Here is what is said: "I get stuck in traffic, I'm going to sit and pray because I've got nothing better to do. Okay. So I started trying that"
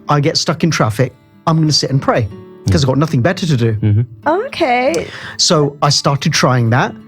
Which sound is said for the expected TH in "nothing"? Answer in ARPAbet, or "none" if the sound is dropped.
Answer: TH